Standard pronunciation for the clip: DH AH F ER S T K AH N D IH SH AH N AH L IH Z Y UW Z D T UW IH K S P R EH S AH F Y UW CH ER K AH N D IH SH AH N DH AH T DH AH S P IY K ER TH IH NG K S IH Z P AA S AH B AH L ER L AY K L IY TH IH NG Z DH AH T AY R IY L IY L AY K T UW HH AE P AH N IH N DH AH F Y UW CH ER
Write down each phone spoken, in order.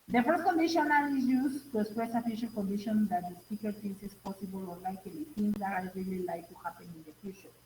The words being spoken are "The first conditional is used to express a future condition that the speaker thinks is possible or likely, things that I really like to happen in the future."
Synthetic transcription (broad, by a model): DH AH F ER S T K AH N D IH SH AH N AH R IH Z Y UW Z T UW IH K S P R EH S AH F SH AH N K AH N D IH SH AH N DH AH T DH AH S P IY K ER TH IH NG S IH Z P AA S AH B AH L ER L AY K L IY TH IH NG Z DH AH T AY R IY L IY L AY K T UW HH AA P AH N IH N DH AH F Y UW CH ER